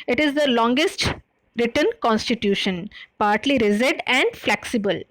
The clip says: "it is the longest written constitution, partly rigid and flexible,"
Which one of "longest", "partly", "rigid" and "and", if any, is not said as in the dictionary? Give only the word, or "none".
rigid